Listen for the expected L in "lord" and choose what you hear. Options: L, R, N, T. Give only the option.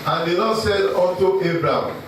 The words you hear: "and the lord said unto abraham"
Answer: N